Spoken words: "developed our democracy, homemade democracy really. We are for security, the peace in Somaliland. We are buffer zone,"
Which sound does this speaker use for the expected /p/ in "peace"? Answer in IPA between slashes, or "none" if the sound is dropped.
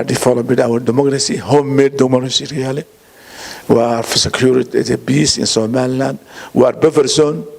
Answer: /b/